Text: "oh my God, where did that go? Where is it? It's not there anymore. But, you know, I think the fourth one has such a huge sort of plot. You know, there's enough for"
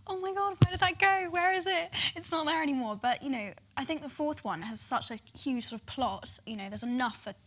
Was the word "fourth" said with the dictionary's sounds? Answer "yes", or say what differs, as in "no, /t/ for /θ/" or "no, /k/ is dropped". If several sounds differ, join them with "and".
yes